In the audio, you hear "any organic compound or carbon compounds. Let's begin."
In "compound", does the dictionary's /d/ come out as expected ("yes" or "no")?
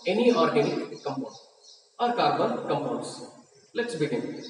no